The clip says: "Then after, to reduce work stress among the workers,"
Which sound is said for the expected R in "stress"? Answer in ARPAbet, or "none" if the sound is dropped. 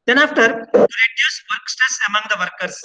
none